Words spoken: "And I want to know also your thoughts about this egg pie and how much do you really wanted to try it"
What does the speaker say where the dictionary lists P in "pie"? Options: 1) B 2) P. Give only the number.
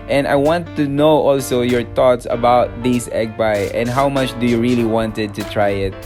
1